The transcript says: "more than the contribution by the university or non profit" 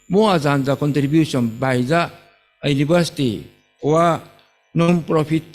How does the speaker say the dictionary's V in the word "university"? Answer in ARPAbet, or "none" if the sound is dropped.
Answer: B